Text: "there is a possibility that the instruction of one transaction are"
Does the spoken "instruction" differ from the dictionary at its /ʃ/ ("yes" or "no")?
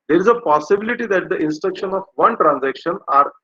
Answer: no